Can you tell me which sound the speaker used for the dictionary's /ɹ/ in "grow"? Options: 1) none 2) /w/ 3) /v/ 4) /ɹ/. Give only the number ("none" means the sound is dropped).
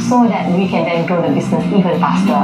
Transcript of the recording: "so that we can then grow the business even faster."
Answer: 1